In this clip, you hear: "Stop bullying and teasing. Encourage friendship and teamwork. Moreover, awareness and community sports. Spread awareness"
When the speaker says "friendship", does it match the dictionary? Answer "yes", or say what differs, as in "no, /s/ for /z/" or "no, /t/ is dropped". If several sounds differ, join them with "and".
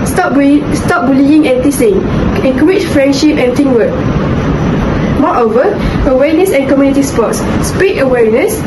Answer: yes